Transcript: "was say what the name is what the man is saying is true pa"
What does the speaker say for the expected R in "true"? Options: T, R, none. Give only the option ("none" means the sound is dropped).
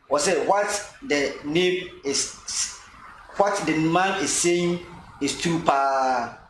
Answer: none